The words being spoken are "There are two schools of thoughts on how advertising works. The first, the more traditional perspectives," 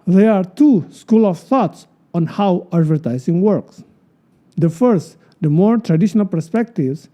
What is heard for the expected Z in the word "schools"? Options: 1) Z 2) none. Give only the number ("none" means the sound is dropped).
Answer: 2